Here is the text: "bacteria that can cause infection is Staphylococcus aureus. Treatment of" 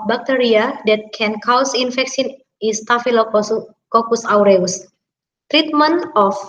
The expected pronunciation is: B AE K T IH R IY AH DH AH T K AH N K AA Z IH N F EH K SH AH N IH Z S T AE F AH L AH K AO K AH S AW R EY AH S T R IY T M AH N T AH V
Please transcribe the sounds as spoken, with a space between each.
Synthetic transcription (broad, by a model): B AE K T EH R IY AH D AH T K AH N K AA S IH N F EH K S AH N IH S T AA F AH L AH K AO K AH S AW R EY AH S T R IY T M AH N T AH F